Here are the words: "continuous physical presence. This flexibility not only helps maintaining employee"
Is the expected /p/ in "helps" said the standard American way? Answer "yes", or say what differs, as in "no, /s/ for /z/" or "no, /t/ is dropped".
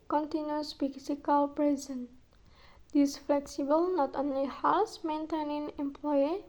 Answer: no, /p/ is dropped